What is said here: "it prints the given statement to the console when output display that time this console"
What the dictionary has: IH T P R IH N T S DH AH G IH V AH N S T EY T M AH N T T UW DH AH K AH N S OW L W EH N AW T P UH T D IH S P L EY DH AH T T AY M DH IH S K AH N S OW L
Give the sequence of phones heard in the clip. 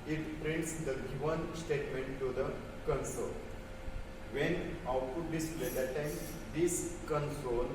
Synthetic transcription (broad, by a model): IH T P R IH N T S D AH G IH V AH N S T EY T M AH N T T UW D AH K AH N S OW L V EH N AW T UW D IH S L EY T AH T T AY M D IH S K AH N S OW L